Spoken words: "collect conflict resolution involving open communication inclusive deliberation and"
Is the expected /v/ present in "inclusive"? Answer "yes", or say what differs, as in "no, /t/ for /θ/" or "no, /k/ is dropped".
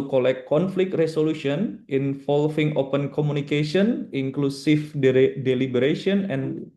no, /f/ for /v/